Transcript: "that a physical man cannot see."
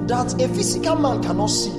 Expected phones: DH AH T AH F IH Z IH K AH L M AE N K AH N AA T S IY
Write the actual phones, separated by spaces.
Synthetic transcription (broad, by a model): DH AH T AH F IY S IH K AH L M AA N K AH N AA T S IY